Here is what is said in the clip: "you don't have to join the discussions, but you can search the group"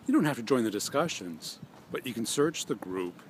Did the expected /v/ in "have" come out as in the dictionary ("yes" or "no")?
no